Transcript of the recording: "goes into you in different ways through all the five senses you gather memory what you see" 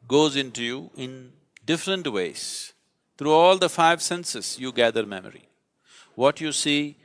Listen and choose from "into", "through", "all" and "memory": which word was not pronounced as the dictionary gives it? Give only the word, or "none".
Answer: through